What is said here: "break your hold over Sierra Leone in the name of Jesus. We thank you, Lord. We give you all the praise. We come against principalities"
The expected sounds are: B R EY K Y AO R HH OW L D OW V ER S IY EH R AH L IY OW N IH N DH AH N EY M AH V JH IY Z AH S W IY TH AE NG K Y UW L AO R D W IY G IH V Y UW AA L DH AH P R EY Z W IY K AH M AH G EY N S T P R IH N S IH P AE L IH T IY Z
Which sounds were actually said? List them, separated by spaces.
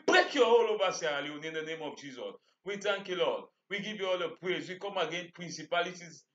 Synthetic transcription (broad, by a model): B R EY K Y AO HH OW L OW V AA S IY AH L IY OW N IH N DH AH N EY M AH V JH IY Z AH S W IY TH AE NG K Y UW L AO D W IY G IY V Y UW AA L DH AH P R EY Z W IY K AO M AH G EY N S P R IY N S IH P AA L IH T IY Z